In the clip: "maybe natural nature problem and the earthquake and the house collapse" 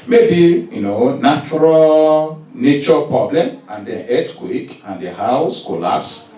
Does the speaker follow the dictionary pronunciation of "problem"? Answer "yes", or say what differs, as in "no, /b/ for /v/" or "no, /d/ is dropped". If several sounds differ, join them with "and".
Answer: yes